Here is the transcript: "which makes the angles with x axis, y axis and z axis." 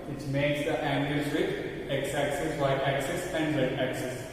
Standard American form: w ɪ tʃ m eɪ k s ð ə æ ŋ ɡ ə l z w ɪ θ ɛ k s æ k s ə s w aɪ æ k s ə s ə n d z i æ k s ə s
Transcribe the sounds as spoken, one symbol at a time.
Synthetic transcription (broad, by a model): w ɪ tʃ m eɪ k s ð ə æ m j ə z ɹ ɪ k ɛ k s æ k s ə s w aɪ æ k s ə s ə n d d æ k s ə s